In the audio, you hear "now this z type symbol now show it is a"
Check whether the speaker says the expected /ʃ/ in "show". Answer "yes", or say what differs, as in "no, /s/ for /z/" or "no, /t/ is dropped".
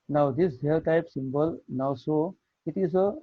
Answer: no, /s/ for /ʃ/